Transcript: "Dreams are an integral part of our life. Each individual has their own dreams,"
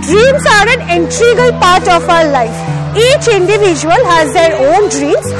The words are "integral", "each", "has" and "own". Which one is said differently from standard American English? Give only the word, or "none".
integral